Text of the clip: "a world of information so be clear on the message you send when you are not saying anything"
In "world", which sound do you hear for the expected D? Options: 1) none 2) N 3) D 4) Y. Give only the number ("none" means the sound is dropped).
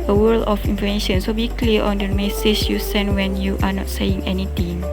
1